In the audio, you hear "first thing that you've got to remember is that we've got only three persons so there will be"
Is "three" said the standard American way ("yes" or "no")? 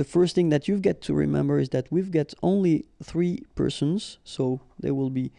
yes